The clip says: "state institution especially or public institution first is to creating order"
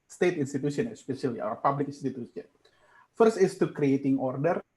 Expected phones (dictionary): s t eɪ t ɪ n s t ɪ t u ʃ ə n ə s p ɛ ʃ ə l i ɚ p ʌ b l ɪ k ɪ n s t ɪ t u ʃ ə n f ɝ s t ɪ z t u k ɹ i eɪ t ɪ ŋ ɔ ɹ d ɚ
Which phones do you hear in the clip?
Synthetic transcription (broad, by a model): s t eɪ t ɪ n s t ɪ t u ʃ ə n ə s p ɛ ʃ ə l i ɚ p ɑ b l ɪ k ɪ n s t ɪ t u s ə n f ɝ s t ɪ s t u k ɹ i eɪ t ɪ ŋ ɔ ɹ d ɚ